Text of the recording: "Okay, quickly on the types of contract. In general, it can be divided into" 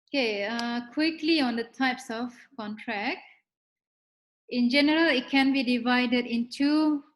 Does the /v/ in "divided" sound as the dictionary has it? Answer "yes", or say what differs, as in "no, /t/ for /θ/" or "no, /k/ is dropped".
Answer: yes